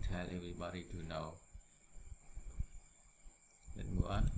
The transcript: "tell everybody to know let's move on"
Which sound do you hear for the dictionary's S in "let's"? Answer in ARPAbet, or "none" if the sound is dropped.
none